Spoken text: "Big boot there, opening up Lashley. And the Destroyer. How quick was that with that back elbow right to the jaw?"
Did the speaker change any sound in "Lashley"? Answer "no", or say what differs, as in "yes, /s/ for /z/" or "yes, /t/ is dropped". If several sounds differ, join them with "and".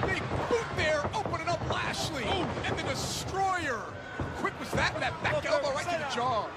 no